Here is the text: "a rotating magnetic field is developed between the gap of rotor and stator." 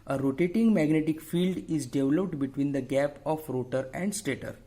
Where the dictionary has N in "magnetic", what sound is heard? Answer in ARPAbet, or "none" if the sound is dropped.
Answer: N